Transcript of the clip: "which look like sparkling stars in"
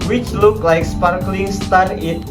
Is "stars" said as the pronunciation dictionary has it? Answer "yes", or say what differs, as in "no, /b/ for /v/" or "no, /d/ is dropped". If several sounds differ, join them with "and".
no, /z/ is dropped